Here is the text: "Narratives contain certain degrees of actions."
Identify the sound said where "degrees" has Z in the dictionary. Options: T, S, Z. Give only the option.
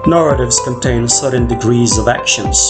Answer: Z